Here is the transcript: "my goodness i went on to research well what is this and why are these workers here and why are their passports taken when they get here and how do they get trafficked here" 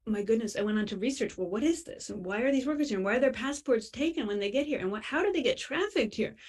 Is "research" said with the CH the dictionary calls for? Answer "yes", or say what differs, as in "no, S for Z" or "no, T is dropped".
yes